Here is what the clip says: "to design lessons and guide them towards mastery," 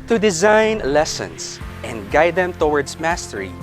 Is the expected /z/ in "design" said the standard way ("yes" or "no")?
yes